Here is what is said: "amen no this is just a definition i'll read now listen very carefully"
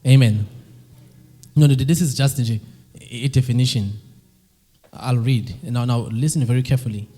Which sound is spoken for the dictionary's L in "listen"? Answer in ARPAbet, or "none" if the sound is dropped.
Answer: N